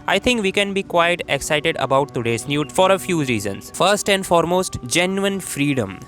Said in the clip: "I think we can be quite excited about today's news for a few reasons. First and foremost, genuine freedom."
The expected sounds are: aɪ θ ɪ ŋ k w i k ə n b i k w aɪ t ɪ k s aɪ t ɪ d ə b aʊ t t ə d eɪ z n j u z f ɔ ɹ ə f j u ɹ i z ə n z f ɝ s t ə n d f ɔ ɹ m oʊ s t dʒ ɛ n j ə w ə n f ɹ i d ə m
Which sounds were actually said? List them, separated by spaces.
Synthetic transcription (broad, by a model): aɪ t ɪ ŋ k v i k ə n b i k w aɪ t ɪ k s aɪ t ɪ d ə b aʊ t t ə d eɪ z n j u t f ɔ ɹ ə f j u ɹ i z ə n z f ɝ s t ə n d f ɔ ɹ m oʊ s t dʒ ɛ n j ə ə n f ɹ i d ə m